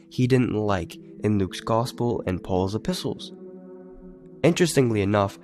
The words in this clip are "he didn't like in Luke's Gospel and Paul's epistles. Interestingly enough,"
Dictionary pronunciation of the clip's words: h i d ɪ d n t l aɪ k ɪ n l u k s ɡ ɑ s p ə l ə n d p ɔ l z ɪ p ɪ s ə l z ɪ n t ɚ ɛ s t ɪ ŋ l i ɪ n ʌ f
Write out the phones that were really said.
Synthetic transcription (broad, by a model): h i d ɪ d n t l aɪ k ɪ n l u k s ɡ ɑ s p l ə n p ɔ l z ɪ p ɪ s l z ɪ n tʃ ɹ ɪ s t ɪ ŋ l i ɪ n ʌ f